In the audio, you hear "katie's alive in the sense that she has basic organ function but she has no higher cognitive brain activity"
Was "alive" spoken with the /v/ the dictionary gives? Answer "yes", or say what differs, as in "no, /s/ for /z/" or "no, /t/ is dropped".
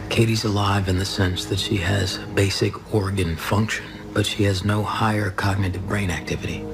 yes